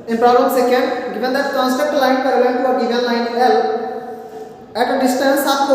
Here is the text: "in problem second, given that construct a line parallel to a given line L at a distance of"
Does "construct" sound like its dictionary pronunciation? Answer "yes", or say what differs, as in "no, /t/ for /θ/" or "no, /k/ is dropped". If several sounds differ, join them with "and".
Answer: no, /ɹ/ is dropped